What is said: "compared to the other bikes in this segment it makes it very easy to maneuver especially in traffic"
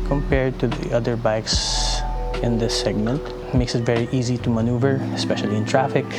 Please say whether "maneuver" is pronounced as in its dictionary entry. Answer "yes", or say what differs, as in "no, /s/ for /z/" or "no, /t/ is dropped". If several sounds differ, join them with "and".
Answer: yes